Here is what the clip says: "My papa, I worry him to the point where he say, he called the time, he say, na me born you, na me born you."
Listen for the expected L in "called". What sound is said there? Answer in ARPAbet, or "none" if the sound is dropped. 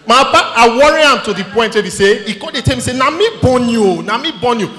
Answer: none